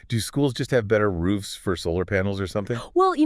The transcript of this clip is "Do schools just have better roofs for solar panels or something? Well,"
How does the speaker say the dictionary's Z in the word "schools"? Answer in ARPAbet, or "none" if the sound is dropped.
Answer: Z